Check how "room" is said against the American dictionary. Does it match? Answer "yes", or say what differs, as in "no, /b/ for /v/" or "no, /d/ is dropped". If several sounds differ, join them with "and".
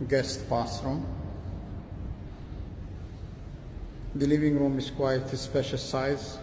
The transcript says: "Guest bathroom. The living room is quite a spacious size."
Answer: yes